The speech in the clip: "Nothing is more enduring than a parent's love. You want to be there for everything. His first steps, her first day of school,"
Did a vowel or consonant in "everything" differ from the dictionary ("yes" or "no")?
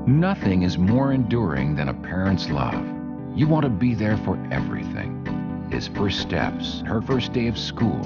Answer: no